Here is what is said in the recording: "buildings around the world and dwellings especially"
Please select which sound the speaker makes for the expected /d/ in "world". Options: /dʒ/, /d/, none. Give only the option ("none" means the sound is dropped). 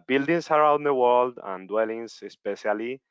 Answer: /d/